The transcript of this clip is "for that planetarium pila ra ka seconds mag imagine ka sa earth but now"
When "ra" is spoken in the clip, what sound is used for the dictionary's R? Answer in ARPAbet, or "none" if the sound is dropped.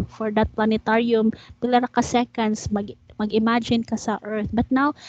R